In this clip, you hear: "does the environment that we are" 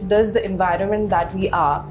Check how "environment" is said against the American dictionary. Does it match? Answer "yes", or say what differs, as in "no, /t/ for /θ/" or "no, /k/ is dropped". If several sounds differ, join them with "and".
yes